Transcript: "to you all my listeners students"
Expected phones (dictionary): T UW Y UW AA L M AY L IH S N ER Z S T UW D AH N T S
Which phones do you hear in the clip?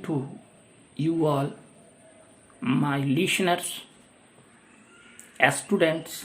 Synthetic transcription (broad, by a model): T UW Y UW AA L M AY L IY SH N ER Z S T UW D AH N T S